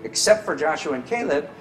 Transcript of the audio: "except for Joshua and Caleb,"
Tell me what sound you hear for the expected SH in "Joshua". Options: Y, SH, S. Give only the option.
SH